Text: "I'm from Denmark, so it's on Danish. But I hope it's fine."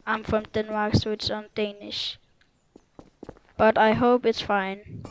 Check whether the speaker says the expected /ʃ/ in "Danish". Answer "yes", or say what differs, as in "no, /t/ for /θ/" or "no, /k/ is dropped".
yes